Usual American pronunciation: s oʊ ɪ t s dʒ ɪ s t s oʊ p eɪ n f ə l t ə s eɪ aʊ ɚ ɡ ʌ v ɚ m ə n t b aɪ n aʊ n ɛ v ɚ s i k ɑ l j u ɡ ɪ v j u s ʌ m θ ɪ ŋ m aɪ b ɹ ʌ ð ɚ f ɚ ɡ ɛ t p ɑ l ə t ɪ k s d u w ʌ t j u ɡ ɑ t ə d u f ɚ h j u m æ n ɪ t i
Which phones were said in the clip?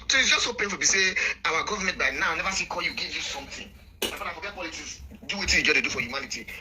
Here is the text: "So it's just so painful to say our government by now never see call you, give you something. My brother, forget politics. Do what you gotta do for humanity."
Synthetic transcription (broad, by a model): s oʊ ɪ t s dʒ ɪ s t s oʊ p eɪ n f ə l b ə s eɪ aʊ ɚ ɡ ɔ v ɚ m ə n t b aɪ n aʊ n ɛ v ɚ s i k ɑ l j u ɡ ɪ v j u s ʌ m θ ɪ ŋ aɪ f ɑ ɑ ɪ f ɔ ɡ ɛ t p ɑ l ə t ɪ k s d u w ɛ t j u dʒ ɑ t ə d u f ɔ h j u m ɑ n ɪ t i